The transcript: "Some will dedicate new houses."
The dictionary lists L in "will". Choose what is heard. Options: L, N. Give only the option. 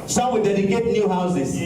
N